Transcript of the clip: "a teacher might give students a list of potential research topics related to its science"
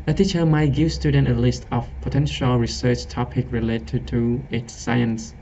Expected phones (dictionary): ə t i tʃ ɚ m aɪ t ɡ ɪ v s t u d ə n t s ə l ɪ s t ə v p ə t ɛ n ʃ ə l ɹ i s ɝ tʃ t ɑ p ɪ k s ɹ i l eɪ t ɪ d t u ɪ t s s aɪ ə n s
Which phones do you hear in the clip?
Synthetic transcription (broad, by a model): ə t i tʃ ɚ m aɪ t ɡ ɪ v s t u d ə n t ə l ɪ s t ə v p ə t ɛ n ʃ ə l ɹ i s ɝ tʃ t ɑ p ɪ k ɹ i l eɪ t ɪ t u ɪ t s s aɪ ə n s